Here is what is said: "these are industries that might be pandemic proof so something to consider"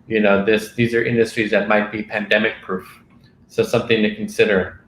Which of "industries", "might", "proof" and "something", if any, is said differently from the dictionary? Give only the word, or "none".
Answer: none